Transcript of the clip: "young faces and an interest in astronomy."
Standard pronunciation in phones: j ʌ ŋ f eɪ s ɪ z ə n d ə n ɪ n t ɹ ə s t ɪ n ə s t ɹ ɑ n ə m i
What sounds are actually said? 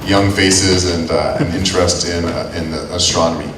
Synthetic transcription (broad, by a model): j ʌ ŋ f eɪ s ɪ z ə n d ə n ɪ n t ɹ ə s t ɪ n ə s t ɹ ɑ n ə m i